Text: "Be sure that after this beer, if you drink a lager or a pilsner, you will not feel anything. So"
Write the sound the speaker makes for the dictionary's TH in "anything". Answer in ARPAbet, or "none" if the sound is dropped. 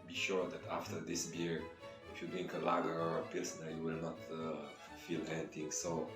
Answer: T